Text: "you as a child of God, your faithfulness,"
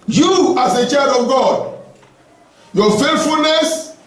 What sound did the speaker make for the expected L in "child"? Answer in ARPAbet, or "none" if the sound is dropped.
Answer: none